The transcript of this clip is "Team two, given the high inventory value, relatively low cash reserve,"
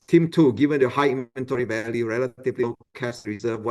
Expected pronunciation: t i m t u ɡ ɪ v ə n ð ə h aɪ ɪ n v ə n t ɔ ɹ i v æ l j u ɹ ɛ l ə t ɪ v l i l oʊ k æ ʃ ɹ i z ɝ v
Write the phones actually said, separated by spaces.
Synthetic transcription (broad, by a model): t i m t u ɡ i v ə n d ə h aɪ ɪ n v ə n t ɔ ɹ i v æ l j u ɹ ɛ l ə t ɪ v l i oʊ k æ s ɹ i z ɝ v